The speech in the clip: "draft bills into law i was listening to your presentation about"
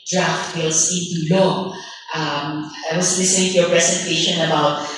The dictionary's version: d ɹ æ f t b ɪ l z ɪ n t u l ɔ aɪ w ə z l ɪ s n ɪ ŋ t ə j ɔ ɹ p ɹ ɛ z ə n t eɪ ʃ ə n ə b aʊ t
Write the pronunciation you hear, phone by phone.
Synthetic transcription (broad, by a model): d ɹ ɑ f t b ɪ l s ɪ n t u l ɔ aɪ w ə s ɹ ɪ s ɪ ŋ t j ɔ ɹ p ɹ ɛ s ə n t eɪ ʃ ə n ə b aʊ t